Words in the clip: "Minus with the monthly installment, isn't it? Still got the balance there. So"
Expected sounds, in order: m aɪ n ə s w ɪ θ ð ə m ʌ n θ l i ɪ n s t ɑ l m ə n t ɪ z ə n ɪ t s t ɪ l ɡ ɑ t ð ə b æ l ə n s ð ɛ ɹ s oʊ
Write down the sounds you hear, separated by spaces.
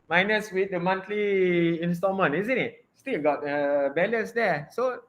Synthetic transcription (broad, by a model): m aɪ n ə s w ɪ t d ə m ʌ n t l i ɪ n s t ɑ m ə n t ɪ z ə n ɪ t s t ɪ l ɡ ɑ t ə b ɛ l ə s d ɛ s oʊ